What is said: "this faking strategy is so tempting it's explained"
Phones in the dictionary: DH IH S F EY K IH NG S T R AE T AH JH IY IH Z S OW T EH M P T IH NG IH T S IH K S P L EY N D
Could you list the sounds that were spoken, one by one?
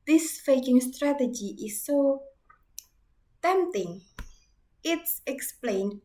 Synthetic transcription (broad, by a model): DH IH S F EY K IH NG S T R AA T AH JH IY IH S OW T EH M T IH NG IH T S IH K S P L EY N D